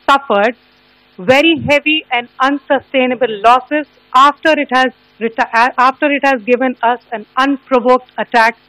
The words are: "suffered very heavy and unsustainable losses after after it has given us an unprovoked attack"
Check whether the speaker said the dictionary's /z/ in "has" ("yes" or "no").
yes